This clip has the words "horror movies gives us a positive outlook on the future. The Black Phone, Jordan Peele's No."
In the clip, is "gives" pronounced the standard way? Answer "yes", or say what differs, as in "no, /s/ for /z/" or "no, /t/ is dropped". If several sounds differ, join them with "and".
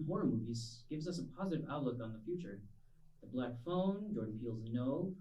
yes